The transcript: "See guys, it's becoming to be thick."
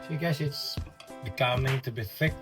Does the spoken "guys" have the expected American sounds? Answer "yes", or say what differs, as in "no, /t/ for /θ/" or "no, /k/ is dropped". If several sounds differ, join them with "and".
no, /s/ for /z/